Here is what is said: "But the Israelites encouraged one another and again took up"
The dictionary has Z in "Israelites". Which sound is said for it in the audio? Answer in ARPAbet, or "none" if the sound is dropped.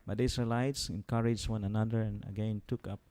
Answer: S